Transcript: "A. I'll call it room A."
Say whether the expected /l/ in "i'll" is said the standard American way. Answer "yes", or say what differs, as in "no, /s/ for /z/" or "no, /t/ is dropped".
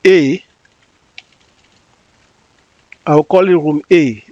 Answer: no, /w/ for /l/